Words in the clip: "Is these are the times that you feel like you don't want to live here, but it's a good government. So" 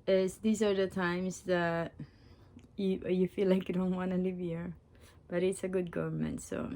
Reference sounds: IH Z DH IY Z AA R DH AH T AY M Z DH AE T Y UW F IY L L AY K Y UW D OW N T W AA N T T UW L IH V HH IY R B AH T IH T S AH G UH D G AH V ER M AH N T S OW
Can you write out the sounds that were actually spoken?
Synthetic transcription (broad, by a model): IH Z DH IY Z AA R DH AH T AY M S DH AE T Y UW F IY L L AY K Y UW D OW N T W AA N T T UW L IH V HH IY R B AH T IH T S AH G UH D G AH V ER M AH N T S OW